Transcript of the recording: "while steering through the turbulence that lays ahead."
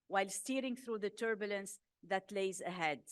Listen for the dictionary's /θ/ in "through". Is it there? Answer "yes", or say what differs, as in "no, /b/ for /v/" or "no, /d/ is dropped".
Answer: yes